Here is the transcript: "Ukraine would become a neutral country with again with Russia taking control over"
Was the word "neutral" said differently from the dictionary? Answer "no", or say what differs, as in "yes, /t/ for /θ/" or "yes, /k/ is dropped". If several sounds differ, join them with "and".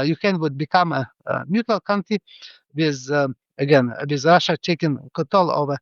yes, /ɹ/ is dropped